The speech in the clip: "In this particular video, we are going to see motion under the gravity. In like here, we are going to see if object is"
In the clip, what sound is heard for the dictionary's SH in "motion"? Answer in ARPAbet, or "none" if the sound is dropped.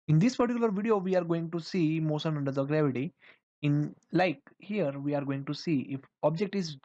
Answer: S